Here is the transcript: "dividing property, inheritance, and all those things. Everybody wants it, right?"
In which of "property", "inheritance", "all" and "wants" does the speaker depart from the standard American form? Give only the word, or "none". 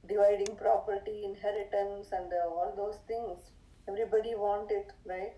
wants